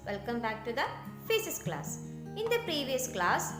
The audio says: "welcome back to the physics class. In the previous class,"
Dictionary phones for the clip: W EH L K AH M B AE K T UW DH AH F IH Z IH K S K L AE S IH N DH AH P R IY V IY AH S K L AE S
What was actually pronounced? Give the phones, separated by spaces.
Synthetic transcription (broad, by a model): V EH L K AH M B AE K T UW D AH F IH S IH S K L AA S IH N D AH P R IY V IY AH S K L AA S